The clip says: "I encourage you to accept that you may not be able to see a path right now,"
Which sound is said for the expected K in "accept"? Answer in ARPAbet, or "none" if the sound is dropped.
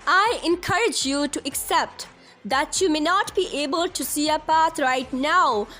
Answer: K